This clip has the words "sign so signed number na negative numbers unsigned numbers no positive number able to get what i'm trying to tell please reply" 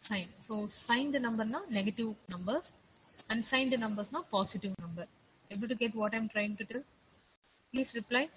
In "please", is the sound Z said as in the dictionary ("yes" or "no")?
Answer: no